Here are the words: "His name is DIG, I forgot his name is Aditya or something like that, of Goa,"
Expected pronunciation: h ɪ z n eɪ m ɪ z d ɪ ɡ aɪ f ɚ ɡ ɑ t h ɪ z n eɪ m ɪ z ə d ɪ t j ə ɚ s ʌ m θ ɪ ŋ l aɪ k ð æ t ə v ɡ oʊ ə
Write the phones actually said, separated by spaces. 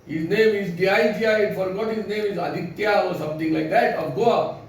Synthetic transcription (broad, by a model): h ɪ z n eɪ m ɪ z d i aɪ f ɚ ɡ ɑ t h ɪ z n eɪ m ɪ z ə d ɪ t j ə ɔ s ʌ m t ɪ ŋ l aɪ k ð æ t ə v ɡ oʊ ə